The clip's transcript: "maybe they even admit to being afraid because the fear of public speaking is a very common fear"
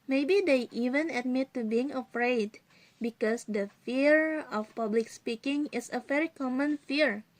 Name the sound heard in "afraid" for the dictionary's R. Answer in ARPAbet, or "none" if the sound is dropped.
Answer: R